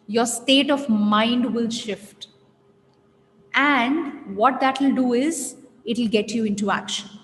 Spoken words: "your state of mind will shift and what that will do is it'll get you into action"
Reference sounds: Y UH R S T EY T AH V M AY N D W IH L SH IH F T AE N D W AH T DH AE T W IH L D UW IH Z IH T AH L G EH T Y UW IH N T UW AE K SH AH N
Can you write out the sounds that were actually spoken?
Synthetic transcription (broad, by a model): Y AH R S T EY T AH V M AY N D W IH L SH IH F T AE N D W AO T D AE T W IH L D UW IH Z IH T AH L G EH T Y UW IH N T UW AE K SH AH N